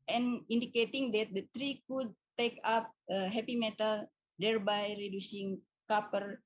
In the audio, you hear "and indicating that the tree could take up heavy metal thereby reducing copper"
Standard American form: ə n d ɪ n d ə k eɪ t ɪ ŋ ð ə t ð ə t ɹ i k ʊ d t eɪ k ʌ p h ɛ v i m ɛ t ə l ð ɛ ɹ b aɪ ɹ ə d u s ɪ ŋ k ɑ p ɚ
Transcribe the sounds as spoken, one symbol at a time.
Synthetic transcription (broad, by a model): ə n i n d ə k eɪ t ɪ ŋ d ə t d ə t ɹ i k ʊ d t eɪ k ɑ p h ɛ p i m ɛ t ə l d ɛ ɹ b aɪ ɹ ə d u s ɪ ŋ k ɑ p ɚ